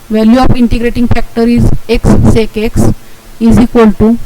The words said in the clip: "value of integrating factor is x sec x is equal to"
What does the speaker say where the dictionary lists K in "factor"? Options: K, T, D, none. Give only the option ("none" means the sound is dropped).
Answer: K